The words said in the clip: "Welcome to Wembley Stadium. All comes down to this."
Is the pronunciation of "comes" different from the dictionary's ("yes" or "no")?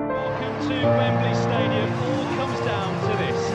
no